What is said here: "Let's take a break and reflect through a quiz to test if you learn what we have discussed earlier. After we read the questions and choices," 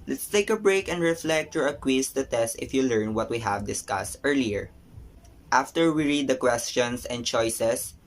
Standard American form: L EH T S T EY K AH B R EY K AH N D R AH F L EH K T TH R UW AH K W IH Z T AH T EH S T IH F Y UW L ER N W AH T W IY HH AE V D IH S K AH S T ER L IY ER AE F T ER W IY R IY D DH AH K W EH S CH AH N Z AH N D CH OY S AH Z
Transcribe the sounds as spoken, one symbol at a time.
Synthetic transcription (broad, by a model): L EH T S T EY K AH B R EY K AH N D R AH F L EH K T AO R AH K W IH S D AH T EH S T IH F Y UW L ER N W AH T W IY HH AE V D IH S K AH S T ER L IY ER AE F T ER W IY R IY D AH K W EH S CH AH N S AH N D CH OY S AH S